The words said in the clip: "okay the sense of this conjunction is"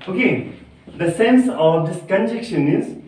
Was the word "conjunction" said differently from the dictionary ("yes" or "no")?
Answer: yes